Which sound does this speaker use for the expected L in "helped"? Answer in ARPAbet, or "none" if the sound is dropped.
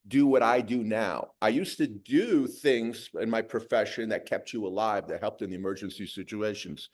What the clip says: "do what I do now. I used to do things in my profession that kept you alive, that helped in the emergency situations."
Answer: L